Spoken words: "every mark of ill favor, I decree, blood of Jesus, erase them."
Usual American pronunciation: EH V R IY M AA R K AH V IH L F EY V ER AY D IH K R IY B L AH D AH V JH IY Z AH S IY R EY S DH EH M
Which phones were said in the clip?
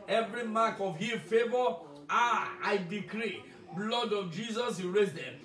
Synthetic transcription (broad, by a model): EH V R IY M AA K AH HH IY F EY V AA AY D IH K R IY B L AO D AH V JH IY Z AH S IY R EY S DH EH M